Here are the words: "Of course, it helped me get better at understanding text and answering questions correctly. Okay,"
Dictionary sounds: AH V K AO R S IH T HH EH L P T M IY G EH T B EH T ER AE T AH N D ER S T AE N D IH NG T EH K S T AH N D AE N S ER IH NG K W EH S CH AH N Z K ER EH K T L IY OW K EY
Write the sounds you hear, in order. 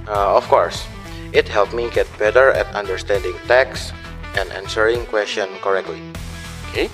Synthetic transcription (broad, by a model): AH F K AO R S IH T HH EH L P M IY G EH T B EH T ER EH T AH N D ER S T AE N D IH NG T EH K S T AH N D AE N S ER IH NG K W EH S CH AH N K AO EH K T L IY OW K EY